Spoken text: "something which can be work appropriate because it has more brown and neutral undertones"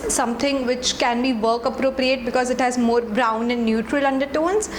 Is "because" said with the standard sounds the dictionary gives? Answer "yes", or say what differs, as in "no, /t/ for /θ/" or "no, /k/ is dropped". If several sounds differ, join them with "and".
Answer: yes